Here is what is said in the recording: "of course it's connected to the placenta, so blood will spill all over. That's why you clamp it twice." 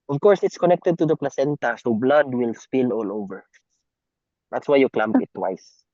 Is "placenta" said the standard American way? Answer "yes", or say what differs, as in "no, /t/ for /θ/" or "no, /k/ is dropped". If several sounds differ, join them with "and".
yes